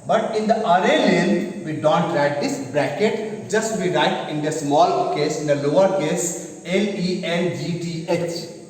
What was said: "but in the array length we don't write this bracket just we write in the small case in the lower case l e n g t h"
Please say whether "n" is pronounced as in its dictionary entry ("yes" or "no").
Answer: no